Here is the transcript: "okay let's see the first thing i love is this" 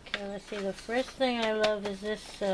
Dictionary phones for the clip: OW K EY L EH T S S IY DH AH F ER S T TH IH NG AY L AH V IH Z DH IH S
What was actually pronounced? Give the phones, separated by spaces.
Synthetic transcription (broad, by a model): K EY L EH T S S IY DH AH F ER S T TH IH NG AY L AH V IH Z DH IH S